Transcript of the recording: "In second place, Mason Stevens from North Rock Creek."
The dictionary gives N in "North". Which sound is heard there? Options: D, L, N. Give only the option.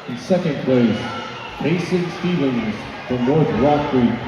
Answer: L